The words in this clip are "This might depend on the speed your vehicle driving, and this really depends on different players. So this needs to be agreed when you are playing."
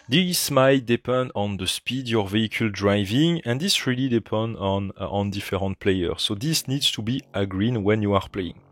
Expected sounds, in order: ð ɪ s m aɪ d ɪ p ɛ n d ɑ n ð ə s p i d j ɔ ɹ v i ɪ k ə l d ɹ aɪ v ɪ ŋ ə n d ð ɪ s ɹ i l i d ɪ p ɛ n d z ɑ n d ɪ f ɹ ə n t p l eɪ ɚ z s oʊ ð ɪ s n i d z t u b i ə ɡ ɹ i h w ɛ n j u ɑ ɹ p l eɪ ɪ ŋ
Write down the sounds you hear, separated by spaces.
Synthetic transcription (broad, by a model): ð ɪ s m aɪ d ɪ p ɛ n d ɑ n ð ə s p i d j ɔ ɹ v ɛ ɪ k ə l d ɹ aɪ v ɪ ŋ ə n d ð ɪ s ɹ i l i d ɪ p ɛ n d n ɑ n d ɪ f ɹ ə n t p l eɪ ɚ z s oʊ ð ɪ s n i d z t u b i ə ɡ ɹ i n w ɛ n j u ɑ ɹ p l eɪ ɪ ŋ